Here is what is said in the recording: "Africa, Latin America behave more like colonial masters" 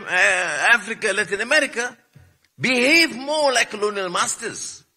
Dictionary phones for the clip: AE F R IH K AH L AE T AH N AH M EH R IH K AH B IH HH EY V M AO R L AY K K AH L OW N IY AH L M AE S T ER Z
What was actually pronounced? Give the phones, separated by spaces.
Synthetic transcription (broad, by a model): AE F R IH K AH L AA T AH N AH M EH R IH K AH B IH HH EY V M AO L AY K K AH L OW N IY AH L M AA S T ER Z